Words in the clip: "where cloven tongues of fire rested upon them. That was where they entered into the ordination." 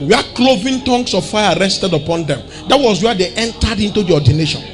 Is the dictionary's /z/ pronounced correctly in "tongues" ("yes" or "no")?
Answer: no